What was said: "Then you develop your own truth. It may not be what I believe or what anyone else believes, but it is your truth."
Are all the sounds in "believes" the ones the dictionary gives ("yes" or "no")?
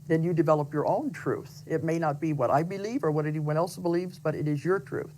yes